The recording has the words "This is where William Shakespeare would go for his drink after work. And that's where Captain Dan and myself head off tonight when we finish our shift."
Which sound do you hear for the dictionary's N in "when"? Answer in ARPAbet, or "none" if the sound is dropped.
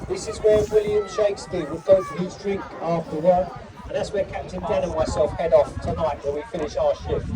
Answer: L